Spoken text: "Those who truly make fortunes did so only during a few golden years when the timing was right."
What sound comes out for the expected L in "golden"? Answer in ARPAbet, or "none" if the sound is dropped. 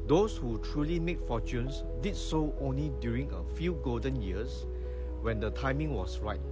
L